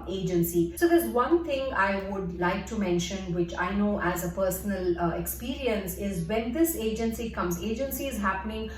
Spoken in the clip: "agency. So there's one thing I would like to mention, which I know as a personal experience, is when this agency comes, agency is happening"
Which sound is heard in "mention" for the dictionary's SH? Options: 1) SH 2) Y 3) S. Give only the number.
1